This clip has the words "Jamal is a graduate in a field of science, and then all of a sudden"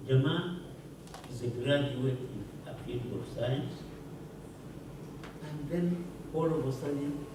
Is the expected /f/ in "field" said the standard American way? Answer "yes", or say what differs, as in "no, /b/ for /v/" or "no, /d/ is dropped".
no, /p/ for /f/